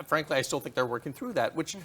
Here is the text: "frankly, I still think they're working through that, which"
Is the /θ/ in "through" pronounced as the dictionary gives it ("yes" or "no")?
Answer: yes